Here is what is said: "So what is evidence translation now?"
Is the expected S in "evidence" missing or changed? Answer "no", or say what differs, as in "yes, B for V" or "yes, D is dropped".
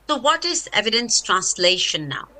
no